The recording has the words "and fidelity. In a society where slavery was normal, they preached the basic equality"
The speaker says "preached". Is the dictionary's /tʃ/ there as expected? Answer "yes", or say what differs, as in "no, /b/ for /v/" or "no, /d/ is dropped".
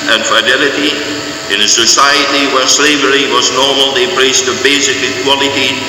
no, /s/ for /tʃ/